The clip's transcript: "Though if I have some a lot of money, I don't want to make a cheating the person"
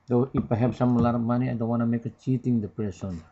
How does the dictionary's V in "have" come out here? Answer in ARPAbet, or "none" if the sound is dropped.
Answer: P